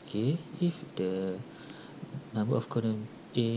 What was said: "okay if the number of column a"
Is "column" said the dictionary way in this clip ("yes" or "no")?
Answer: no